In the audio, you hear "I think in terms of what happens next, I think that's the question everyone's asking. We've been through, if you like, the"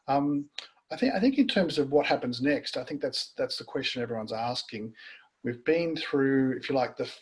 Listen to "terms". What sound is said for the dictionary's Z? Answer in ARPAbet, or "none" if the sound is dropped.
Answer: Z